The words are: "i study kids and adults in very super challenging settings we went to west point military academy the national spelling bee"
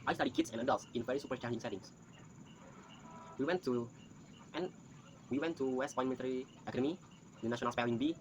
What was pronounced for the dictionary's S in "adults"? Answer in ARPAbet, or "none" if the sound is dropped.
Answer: S